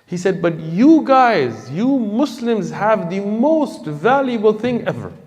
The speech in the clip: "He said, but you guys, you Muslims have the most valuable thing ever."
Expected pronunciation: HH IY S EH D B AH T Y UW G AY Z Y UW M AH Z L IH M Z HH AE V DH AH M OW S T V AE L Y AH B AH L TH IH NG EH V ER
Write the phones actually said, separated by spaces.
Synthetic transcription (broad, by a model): HH IY S EH D B AH T Y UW G AY Z Y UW M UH S L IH M Z HH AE V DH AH M OW S T V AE L Y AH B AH L TH IH NG EH V ER